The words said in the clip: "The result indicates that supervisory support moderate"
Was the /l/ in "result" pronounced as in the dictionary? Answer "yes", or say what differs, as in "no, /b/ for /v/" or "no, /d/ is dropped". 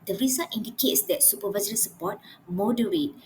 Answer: no, /l/ is dropped